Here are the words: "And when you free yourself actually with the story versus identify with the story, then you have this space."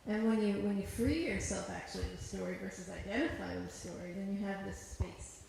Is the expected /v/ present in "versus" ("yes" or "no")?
yes